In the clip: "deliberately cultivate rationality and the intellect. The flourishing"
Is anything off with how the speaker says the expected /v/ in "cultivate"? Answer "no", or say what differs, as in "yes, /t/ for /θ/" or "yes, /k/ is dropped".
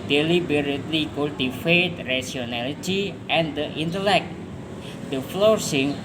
yes, /f/ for /v/